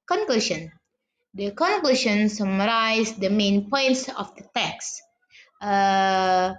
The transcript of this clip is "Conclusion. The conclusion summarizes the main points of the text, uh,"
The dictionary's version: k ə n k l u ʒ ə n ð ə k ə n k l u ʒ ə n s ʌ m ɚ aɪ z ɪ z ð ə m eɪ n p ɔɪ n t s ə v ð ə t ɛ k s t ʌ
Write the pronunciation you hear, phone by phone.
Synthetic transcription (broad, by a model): k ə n k l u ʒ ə n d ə k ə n k l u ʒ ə n s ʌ m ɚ aɪ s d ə m eɪ n p ɔɪ n t s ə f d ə t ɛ k s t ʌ